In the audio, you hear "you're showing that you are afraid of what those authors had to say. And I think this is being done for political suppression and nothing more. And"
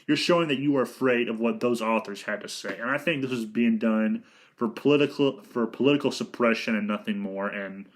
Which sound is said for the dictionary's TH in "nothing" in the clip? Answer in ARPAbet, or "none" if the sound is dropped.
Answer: TH